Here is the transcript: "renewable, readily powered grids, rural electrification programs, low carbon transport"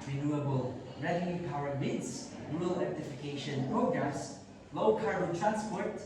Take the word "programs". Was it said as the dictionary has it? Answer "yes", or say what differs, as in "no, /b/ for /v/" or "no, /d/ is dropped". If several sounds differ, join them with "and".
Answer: no, /s/ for /z/